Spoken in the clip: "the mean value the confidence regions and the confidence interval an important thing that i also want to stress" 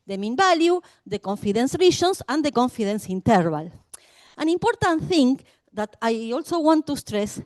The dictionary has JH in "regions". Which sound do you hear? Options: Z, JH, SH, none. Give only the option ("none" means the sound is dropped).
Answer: SH